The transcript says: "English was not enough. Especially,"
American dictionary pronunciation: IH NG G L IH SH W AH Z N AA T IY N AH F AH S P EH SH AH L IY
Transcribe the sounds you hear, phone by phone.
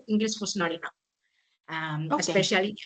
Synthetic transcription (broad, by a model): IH NG G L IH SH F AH S N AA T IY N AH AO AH S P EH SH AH L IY